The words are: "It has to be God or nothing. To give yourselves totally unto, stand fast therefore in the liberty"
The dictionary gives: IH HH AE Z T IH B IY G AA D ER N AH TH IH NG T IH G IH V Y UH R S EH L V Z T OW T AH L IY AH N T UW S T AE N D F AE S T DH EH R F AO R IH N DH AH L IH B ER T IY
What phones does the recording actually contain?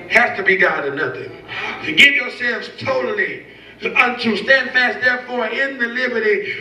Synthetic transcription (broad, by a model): HH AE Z T IH B IY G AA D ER N AH TH IH NG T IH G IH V Y UH R S EH L V Z T OW T L IY AH N T UW S T AE N D F AE S T DH EH R F AO R IH N DH AH L IH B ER T IY